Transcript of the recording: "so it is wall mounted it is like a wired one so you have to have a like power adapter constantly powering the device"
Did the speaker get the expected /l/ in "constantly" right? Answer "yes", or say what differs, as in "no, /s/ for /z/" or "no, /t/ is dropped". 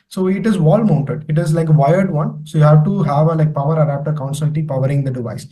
no, /l/ is dropped